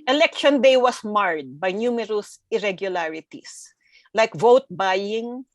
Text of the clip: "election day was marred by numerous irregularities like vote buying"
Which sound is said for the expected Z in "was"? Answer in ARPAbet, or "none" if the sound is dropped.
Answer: S